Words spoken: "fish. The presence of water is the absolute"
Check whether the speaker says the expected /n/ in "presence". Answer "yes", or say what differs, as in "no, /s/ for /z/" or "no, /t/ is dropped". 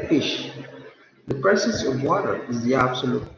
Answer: no, /n/ is dropped